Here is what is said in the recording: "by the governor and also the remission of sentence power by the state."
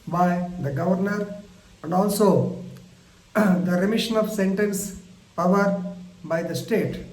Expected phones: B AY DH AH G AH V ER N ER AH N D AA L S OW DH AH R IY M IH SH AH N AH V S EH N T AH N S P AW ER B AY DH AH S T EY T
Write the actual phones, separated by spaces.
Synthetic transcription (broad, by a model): B AY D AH G AH V ER N ER AH N D AA L S OW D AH R IY M IH SH AH N AH V S EH N T AH N S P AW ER B AY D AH S T EY T